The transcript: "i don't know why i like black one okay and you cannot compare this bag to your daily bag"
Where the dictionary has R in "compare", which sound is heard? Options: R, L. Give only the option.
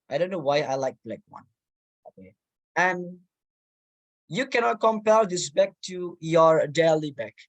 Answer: L